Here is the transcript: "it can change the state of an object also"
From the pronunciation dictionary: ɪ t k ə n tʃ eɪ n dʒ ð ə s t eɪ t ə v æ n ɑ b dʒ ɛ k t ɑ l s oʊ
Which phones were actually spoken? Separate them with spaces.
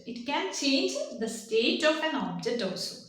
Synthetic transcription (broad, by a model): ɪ t k ə n tʃ eɪ n dʒ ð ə s t eɪ t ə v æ n ɑ b dʒ ɛ k t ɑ l s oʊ